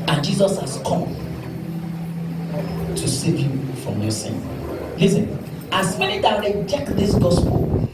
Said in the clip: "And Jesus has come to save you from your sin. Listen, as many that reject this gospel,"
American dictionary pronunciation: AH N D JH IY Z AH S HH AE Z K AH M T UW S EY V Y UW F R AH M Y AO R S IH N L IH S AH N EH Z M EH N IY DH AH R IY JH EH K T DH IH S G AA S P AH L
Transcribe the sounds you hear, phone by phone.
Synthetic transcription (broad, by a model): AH N JH IY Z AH S HH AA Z K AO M T UW S EY V Y UW F R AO M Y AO S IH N L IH S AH N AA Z M EH N IY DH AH R IY JH EH K T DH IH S G AA S P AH L